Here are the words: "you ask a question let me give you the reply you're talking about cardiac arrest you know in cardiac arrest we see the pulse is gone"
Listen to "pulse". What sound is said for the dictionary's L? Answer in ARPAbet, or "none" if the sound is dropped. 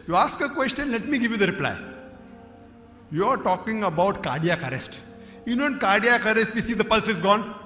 L